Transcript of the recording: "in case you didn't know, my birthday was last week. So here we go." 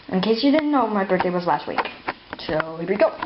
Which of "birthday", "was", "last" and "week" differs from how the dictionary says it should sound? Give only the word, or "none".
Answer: birthday